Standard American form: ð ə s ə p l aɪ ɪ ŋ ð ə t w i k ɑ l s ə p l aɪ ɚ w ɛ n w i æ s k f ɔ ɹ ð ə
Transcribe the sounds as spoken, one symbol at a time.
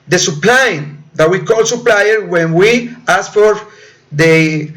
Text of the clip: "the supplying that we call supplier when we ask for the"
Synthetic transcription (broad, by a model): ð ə s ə p l aɪ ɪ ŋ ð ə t w i k ɑ l s ə p l aɪ ɚ w ɛ n w i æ s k f ɔ ɹ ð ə